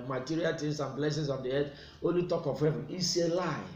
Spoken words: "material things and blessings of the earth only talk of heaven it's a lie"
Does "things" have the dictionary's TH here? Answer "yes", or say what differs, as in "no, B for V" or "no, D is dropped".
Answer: no, T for TH